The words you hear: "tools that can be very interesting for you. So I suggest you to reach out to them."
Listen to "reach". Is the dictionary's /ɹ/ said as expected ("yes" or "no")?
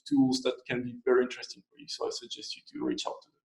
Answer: yes